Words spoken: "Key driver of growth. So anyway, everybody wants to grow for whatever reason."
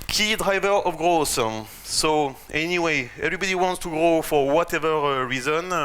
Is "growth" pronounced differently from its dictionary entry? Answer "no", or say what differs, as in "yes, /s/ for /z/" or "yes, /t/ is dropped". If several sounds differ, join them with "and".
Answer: yes, /s/ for /θ/